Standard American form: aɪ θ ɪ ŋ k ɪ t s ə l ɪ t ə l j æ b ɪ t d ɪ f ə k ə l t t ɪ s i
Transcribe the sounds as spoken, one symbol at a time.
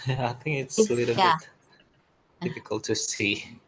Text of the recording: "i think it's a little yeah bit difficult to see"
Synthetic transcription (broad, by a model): aɪ θ ɪ ŋ k ɪ t s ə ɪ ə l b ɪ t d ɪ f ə k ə l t t ɪ s i